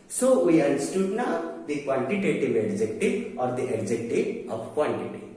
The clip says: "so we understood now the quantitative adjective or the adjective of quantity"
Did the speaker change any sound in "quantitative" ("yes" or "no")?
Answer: yes